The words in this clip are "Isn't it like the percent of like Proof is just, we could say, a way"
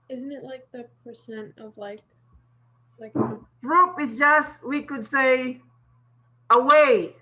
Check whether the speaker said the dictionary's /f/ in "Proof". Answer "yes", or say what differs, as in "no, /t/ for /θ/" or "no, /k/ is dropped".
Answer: no, /p/ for /f/